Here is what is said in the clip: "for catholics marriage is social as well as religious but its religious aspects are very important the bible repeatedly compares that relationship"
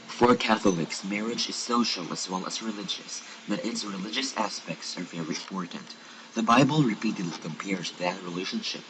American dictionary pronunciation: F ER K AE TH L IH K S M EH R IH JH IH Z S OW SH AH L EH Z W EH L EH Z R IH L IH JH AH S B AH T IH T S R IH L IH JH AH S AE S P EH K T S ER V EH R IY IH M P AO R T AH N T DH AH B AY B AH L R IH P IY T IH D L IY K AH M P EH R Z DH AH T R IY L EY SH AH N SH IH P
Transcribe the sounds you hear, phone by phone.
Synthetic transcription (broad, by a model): F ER K AE TH L IH K S M EH R IH JH IH Z S OW SH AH L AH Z W EH L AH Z R IH L IH JH AH S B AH T IH T S R IH L IH JH AH S AE S P EH K T S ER V EH R IY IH M P AO R T N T DH AH B AY B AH L R IH P IY T IH D L IY K AH M P EH R Z DH AH T R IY L EY SH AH N SH IH P